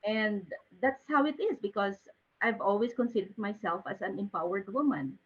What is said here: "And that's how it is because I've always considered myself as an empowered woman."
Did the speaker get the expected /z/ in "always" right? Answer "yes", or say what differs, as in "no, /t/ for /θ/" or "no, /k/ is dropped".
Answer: no, /s/ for /z/